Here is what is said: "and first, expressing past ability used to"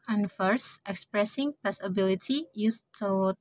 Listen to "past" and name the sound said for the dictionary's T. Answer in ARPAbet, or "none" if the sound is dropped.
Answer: none